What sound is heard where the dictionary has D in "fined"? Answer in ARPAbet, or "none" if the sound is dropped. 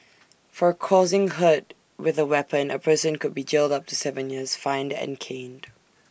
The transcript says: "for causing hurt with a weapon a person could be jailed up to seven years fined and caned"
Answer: D